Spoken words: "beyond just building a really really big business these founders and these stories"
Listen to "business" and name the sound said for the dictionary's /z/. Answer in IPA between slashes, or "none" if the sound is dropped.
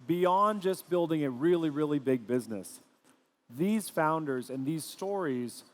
/z/